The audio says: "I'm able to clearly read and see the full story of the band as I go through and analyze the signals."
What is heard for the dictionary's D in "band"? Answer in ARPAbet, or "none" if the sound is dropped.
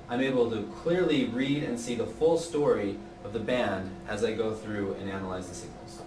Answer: D